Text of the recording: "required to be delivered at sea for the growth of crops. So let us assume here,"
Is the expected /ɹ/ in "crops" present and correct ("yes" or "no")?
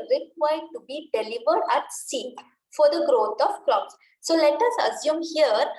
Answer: no